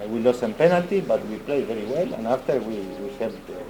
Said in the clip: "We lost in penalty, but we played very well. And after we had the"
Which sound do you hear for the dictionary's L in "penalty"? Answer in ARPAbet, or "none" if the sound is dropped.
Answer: L